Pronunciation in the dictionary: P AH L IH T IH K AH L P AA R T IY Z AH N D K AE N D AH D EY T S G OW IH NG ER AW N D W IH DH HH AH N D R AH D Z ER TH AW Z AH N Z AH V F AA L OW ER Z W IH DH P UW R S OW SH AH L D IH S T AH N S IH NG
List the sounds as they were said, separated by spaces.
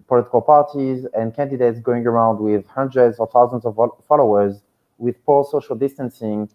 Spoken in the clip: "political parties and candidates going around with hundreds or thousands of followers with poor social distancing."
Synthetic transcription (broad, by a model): P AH L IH T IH K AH L P AA R T IY Z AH N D K AE N D AH D EY T S G OW IH NG ER AW N D W IH DH HH AH N D R AH D Z ER TH AW Z AH N Z AH V F AA L OW ER Z W IH DH P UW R S OW SH AH L D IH S T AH N S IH NG